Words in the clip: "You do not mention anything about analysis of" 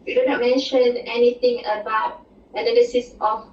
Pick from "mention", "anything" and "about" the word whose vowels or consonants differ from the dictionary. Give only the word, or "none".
anything